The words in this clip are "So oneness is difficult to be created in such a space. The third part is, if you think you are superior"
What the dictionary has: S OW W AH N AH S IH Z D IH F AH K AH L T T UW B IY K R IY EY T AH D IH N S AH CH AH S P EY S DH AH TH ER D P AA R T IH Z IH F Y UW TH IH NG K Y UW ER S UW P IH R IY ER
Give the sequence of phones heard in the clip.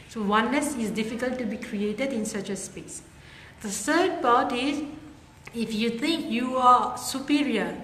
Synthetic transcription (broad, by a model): S OW W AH N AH S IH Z D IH F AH K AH L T T UW B IY K R IY EY T AH D IH N S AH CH AH S P EY S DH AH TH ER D P AA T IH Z IH F Y UW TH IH NG K Y UW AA S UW P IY R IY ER